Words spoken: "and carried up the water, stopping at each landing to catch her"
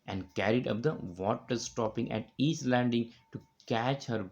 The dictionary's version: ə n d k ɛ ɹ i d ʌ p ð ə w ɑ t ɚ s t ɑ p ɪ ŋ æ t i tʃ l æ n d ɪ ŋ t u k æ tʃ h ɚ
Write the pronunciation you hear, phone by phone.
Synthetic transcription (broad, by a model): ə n d k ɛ ɹ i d ʌ p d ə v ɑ t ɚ s t ɑ p ɪ ŋ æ t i s l æ n d ɪ ŋ t u k æ tʃ h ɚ